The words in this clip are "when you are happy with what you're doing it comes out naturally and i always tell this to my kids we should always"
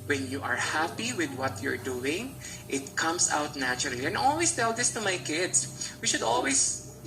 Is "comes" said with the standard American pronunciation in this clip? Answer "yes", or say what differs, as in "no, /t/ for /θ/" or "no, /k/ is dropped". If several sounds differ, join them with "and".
no, /s/ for /z/